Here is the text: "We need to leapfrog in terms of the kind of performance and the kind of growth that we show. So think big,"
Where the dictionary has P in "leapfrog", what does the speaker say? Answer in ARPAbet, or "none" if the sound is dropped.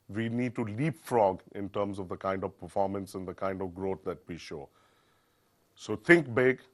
P